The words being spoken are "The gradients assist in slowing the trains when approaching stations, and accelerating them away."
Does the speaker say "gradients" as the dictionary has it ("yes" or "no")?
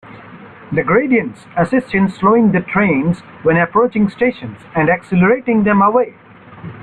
yes